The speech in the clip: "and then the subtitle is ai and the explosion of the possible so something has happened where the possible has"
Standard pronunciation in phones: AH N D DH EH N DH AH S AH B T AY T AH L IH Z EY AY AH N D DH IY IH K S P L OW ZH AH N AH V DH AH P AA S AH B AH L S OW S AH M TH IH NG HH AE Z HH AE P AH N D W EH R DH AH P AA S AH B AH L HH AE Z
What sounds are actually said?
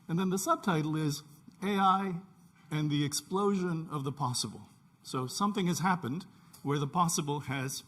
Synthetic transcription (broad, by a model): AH N DH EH N DH AH S AH B T AY T L IH Z EY AY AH N DH IY IH K S P L OW ZH AH N AH V DH AH P AA S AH B L S OW S AH M TH IH NG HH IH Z HH AE P AH N D W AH R DH AH P AA S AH B L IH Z